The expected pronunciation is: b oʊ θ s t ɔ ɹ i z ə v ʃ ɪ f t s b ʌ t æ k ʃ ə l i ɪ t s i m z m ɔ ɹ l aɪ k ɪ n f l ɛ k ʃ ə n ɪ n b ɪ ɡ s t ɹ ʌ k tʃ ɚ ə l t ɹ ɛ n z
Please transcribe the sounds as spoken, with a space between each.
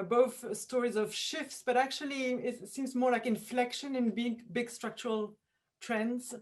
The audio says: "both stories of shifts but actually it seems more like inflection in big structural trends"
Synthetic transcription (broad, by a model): b oʊ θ s t ɔ ɹ i z ə v ʃ ɪ f t s b ʌ t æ k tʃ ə l i ɪ t s i m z m ɔ ɹ l aɪ k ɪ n f l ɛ k ʃ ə n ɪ n b ɪ ɡ s t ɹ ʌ k tʃ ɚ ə l t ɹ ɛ n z